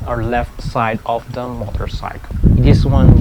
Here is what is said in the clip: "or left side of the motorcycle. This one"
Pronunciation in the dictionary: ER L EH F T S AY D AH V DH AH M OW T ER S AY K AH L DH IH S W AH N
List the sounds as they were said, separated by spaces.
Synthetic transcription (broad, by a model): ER L EH F T S AY D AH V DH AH M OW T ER S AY AH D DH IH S W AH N